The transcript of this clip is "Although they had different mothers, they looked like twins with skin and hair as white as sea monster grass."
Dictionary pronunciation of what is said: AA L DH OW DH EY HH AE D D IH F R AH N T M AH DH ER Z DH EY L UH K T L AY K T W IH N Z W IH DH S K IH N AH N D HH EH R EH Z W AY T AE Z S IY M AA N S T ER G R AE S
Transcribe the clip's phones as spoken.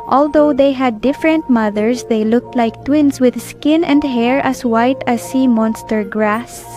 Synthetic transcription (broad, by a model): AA L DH OW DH EY HH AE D D IH F R AH N T M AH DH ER S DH EY L UH K T L AY K T W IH N S W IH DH S K IH N AH N D HH EH R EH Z W AY T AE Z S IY M AA N S T ER G R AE S